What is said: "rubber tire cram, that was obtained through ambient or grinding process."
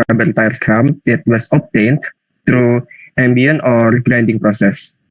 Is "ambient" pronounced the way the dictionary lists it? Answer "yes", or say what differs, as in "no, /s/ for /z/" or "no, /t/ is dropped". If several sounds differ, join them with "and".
no, /t/ is dropped